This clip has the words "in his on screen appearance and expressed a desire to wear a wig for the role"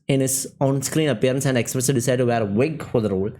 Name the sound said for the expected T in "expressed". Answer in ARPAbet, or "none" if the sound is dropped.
none